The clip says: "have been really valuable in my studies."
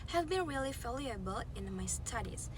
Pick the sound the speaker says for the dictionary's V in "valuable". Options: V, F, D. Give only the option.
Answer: F